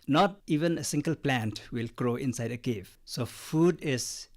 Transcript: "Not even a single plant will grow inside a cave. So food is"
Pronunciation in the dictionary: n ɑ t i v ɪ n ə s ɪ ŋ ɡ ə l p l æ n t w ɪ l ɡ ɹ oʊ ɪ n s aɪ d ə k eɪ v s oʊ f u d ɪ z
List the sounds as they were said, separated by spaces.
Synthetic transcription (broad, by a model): n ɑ t i v ɪ n ə s ɪ ŋ ɡ ə l p l æ n t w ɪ l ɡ ɹ oʊ ɪ n s aɪ d ə k eɪ v s oʊ f u d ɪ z